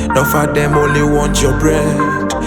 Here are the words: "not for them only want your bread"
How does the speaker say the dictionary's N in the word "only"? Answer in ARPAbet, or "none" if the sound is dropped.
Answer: none